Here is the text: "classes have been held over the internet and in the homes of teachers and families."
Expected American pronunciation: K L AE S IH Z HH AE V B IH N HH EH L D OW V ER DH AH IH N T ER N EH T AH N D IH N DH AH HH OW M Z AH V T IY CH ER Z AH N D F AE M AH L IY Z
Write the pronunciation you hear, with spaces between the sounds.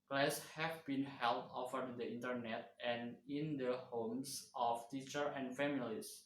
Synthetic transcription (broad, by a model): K L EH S HH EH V B IH N HH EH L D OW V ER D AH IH N T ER N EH T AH N IH N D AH HH OW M S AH F T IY CH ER AH N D F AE M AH L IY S